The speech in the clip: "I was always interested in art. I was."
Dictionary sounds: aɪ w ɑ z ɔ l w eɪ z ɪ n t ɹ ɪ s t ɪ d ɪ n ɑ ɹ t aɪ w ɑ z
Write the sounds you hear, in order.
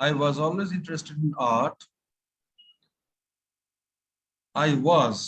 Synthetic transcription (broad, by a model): aɪ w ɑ z ɔ l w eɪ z ɪ n t ɹ ɪ s t ɪ d ɪ n ɑ ɹ t aɪ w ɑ z